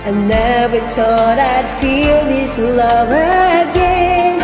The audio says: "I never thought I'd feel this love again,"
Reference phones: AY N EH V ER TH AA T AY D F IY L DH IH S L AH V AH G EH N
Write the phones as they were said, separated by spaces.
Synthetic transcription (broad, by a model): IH N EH B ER S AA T AY D F IY L DH IH S L AH V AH G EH N